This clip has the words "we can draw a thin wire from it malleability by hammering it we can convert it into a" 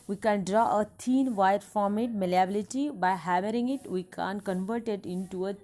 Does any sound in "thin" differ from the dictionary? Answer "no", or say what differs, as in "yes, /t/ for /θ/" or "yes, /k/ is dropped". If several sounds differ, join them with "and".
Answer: yes, /t/ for /θ/